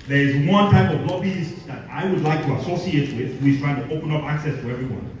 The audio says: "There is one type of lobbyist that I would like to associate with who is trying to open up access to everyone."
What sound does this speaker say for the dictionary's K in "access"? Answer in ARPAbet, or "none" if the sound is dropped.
K